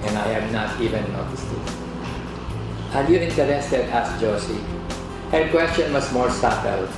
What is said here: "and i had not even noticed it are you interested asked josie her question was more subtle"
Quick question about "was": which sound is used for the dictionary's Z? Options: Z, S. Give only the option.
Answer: S